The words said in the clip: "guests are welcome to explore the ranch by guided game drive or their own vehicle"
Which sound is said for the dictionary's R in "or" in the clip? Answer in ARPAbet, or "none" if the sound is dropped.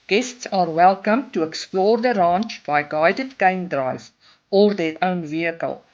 R